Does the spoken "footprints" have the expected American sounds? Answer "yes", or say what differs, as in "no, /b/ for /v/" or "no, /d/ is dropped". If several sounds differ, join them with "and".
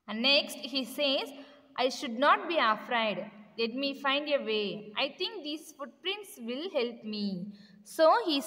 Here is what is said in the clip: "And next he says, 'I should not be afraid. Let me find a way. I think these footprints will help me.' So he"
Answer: yes